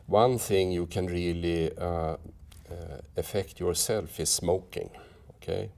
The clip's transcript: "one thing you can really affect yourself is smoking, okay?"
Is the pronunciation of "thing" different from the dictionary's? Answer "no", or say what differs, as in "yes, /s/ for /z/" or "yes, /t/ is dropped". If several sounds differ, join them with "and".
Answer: no